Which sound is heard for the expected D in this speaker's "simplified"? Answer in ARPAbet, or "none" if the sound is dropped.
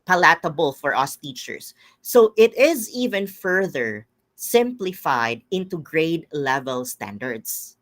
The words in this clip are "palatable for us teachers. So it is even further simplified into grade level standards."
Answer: D